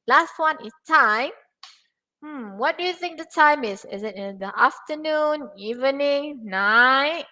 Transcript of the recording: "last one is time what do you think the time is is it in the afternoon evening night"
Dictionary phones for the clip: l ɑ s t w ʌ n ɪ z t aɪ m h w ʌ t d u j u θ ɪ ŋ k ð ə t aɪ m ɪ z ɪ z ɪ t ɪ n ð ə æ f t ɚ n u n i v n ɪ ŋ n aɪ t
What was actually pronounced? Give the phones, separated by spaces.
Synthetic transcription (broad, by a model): l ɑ s t w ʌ n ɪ s t aɪ m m w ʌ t d u j u θ ɪ ŋ k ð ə t aɪ m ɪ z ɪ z ɪ t ɪ n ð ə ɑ f t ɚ n u n i v n ɪ ŋ n aɪ t